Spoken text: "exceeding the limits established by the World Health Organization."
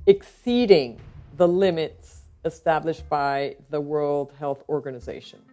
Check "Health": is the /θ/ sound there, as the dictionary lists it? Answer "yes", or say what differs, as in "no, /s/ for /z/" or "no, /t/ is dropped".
yes